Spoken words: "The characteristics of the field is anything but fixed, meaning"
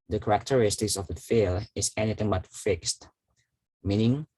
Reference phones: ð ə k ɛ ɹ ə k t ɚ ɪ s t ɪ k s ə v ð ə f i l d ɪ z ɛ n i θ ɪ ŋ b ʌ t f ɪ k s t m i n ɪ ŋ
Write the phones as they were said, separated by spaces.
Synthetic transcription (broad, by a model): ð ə k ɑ ɹ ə k t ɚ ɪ s t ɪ k s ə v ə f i l ɪ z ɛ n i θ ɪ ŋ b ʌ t f ɪ k s t m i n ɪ ŋ